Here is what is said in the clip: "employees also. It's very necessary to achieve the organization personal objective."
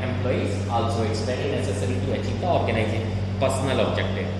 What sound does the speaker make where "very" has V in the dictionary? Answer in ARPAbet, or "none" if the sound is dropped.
P